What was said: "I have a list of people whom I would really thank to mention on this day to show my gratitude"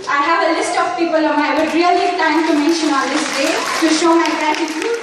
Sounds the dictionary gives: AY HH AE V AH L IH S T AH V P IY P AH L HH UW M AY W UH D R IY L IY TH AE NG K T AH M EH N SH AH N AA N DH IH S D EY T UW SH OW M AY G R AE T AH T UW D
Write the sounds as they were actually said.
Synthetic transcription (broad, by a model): AY HH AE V AH L IH S T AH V P IY P AH L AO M AY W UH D R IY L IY T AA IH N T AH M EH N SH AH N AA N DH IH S D EY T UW SH OW M AY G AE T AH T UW